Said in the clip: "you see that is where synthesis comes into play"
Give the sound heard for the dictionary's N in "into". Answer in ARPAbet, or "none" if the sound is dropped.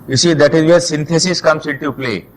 none